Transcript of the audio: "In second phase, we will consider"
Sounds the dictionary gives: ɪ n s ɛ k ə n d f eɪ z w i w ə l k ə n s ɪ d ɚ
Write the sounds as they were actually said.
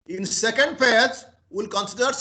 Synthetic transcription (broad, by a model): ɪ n s ɛ k ə n d p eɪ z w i l k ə n s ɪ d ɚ